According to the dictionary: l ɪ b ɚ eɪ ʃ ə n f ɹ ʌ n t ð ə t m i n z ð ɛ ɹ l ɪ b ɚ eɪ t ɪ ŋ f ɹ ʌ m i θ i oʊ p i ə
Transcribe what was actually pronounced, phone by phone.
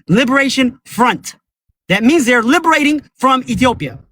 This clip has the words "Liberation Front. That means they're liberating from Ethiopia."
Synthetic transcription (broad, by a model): l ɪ b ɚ eɪ ʃ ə n f ɹ ʌ n t ð ə t m i n z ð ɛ ɹ l ɪ b ɚ eɪ t ɪ ŋ f ɹ ʌ m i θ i oʊ p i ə